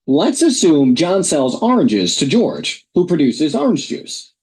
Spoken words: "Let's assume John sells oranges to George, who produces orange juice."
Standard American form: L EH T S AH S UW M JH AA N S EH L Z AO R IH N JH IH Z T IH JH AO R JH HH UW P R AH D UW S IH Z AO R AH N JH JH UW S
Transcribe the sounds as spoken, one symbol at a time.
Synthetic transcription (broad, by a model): L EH T S AH S UW M JH AA N S EH L Z AO R IH N JH IH Z T IH JH AO R JH HH UW P R AH D UW S IH Z AO R AH N JH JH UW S